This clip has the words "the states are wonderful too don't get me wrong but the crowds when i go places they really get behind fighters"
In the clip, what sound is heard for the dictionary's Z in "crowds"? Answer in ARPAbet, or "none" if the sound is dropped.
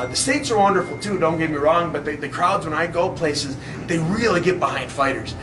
Z